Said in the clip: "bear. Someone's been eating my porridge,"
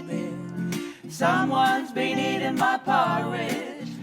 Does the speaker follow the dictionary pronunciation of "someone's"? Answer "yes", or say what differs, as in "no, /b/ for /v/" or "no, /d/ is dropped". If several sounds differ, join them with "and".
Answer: yes